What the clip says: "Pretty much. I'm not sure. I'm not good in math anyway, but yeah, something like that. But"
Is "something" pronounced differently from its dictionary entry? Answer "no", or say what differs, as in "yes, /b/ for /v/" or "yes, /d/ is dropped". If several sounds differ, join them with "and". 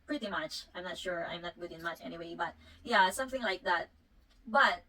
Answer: no